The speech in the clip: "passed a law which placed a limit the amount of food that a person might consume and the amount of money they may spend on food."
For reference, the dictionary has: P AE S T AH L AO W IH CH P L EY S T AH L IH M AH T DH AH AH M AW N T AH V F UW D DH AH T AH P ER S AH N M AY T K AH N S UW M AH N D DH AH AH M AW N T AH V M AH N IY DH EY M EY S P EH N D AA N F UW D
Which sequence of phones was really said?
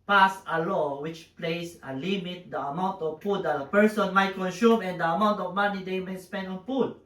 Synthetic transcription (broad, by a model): P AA S AH L AO W IH CH P L EY S AH L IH M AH T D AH AH M AW N T AH V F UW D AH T AH P ER S AH N M AY T K AH N S UW M AH N D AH AH M AW N T AH V M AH N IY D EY M EY S P EH N D AA N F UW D